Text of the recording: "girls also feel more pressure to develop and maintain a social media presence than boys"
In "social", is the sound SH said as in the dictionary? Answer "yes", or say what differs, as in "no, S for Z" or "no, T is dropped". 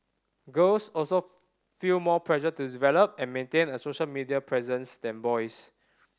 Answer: yes